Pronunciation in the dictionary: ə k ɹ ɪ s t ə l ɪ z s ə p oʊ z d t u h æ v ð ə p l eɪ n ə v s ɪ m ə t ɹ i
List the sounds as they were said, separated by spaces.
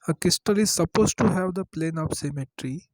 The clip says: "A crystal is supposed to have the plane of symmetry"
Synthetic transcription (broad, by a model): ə k ɪ s t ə l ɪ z s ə p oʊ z t u h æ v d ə p l eɪ n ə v s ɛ m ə t ɹ i